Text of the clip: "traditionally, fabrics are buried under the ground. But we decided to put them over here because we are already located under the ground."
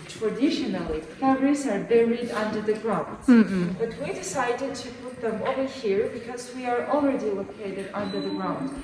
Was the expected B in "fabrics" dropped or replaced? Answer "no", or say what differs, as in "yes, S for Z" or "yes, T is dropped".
yes, B is dropped